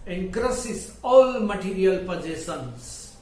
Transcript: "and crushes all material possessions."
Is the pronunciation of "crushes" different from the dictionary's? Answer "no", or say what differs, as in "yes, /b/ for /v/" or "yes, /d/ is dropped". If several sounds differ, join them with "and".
yes, /s/ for /ʃ/ and /s/ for /z/